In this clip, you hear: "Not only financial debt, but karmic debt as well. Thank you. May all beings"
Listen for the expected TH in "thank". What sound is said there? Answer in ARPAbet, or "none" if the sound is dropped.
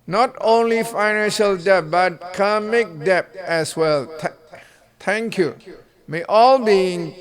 T